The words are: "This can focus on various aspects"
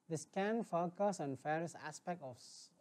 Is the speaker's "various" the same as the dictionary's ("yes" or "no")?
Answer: no